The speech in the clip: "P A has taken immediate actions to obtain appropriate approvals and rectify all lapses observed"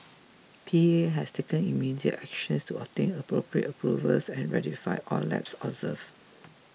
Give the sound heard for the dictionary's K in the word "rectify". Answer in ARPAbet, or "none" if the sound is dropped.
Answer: none